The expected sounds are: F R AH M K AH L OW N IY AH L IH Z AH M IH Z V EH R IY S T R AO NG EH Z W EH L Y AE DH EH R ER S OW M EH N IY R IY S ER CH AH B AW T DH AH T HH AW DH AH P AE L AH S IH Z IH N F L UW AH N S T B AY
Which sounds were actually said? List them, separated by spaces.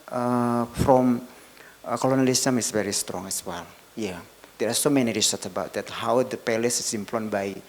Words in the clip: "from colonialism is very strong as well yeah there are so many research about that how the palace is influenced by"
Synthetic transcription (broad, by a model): F R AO M K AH L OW N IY L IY S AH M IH S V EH R IY S T R AO NG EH S W EH L Y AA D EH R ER S OW M EH N IY R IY S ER S AH B AW T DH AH T HH AW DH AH P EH L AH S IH S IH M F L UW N B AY